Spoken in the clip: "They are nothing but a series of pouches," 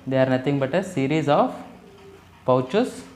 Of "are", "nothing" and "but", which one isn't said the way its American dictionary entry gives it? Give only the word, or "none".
nothing